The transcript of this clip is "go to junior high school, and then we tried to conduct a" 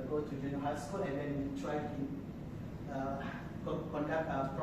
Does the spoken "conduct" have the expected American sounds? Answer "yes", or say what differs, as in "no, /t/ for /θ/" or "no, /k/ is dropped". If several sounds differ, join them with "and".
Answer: no, /t/ is dropped